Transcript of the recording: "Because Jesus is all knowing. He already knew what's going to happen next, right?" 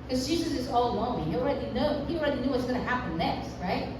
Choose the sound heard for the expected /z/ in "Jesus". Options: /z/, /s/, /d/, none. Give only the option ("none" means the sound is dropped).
/z/